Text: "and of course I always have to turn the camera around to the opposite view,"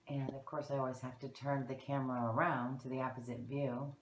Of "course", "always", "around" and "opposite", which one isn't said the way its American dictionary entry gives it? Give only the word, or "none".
none